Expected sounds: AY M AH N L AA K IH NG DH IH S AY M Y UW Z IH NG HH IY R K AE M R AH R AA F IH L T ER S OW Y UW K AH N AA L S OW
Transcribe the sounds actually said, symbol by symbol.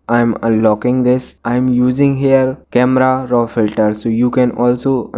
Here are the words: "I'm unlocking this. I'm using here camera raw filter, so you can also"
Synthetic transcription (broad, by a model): AY M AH L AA K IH NG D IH S AY M Y UW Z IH NG HH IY R K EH M R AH R AA F IH L T ER S OW Y UW K AH N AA L S OW